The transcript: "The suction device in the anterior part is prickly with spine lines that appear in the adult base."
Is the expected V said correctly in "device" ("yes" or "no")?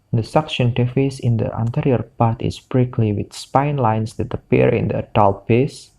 no